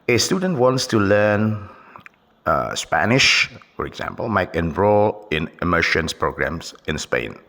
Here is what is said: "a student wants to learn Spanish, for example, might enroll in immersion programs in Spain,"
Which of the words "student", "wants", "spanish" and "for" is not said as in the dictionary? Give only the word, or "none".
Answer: none